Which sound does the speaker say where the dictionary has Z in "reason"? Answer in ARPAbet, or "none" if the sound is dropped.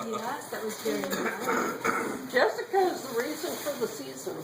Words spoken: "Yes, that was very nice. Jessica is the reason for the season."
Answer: Z